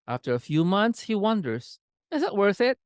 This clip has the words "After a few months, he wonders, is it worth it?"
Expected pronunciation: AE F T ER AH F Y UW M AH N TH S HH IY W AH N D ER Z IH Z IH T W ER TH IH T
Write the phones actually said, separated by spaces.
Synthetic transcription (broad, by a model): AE F T ER AH F Y UW M AH N TH S HH IY W AH N D ER Z IH Z IH T W ER TH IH T